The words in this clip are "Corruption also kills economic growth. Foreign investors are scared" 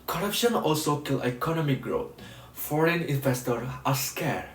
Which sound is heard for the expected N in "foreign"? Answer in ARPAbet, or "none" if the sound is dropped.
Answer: N